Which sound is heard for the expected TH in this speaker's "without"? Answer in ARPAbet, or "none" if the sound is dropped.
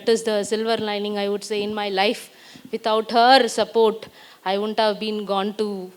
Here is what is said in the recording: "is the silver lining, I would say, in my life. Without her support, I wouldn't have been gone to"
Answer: T